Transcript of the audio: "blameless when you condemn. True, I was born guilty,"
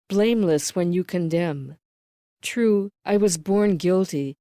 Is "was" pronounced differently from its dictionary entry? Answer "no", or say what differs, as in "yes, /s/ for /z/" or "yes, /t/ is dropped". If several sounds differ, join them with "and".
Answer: no